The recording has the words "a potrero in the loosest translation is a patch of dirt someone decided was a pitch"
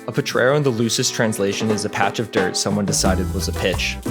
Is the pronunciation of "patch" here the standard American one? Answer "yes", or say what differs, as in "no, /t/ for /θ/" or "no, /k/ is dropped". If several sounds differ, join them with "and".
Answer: yes